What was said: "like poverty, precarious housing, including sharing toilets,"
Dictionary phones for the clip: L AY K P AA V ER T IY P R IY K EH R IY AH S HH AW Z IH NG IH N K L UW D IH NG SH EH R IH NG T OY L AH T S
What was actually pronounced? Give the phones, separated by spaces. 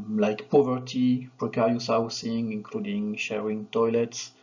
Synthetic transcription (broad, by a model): L AY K P AA V ER T IY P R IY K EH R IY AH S HH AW S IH NG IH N K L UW D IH NG SH EH R IH NG T OY L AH T S